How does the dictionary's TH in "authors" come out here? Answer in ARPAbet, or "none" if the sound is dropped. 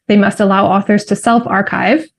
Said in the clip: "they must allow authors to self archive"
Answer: TH